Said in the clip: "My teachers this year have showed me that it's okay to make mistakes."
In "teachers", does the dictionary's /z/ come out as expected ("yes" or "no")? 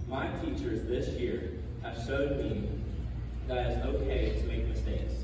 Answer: yes